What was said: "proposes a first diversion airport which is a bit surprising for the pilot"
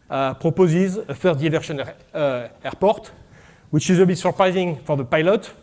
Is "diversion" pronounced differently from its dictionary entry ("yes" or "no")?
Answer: yes